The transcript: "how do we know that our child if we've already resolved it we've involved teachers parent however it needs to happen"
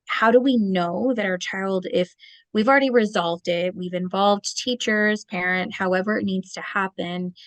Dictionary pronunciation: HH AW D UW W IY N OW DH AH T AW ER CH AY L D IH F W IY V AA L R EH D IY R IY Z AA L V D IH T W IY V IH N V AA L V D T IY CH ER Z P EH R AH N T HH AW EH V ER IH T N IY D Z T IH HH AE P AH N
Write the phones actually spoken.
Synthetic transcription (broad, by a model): HH AW D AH W IY N OW DH AH T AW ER CH AY L D IH F W IY V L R EH D IY R IY Z AA L V D IH T W IY V IH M V AA L V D T IY CH ER Z P EH R AH N T HH AW EH V ER IH T N IY D Z T IH HH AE P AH N